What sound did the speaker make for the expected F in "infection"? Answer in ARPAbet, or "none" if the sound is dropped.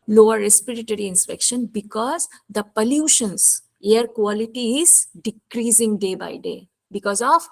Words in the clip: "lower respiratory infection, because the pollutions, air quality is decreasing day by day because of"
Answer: P